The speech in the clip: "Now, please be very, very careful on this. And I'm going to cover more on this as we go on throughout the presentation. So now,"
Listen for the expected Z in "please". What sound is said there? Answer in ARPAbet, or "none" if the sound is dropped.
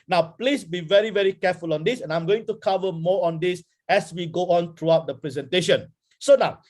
S